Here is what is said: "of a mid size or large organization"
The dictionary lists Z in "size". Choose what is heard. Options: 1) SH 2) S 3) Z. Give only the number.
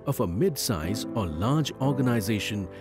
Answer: 3